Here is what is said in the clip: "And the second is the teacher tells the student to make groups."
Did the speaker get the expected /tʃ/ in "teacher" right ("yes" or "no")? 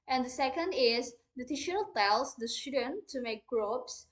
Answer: no